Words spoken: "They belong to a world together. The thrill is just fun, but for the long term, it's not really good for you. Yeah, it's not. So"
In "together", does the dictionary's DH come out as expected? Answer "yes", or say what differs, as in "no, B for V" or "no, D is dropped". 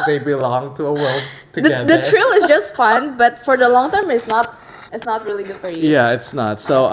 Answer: no, DH is dropped